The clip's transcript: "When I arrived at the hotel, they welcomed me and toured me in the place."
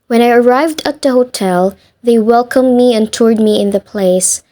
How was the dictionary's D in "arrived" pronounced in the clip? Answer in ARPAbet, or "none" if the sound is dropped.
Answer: D